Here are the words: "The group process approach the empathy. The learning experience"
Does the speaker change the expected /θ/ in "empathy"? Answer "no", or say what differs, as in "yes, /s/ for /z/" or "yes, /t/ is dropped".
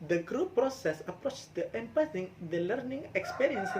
yes, /s/ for /θ/